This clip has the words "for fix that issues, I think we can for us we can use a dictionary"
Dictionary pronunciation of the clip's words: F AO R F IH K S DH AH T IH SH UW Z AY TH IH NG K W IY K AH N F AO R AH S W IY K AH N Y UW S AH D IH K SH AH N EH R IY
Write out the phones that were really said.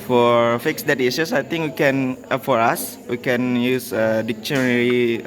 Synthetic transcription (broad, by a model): F AO R F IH K S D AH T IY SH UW S AY T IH NG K W IY K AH N F AO R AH S W IY K AH N Y UW S AH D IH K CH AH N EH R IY